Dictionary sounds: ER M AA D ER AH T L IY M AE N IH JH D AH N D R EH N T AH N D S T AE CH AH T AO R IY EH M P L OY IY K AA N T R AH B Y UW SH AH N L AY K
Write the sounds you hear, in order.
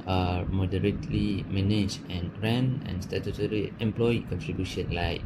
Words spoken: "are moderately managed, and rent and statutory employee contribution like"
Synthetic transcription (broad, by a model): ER M AA D ER AH T L IY M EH N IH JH AH N R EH N AH N S T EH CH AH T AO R IY EH M P L OY IY K AA N T R AH B Y UW SH AH N L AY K